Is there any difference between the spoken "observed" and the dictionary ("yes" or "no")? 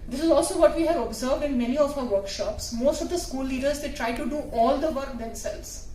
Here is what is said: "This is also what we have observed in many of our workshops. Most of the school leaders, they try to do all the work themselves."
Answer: no